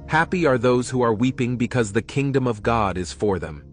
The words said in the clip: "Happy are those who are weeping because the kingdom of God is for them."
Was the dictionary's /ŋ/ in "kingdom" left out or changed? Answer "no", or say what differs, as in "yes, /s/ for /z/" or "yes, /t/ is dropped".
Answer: no